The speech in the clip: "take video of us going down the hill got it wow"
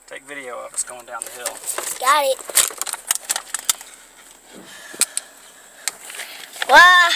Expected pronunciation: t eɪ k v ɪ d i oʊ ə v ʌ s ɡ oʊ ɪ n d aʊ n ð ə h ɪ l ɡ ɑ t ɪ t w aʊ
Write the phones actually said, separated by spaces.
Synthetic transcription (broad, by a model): t eɪ k v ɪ d i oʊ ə w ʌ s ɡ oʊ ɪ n d aʊ n ð ə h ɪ l ɡ ɑ t ɪ t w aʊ